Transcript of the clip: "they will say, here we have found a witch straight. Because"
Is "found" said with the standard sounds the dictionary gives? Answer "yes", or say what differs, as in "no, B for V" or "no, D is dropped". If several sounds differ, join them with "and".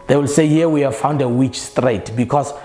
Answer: yes